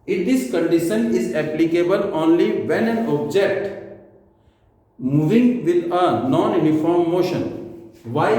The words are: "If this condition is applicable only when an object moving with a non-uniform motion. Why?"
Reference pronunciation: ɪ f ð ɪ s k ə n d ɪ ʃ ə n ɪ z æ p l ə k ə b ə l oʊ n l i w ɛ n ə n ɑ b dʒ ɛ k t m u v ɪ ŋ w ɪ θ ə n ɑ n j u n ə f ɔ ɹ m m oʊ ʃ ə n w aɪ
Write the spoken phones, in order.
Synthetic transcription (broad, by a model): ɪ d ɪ s k ə n d ɪ ʃ ə n ɪ z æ p l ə k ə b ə l oʊ n l i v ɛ n ə n ɑ b dʒ ɛ k t m u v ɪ ŋ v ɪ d ə n ɑ n j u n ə f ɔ ɹ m m oʊ ʃ ə n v aɪ